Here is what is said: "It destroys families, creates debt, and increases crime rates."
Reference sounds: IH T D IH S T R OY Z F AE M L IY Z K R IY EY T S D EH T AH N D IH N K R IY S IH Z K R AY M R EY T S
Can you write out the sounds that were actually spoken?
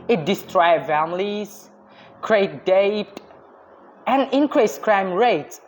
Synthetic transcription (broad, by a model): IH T D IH S T R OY F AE M L IY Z K R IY EY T D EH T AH N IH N K R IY S K R AY M R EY T S